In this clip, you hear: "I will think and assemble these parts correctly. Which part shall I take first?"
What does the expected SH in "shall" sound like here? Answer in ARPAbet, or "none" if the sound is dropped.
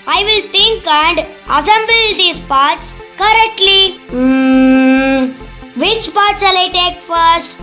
S